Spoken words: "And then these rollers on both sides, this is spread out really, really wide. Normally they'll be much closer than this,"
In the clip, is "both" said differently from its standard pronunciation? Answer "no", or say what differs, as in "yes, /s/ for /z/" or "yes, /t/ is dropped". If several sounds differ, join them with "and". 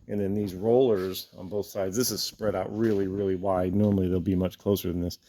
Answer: no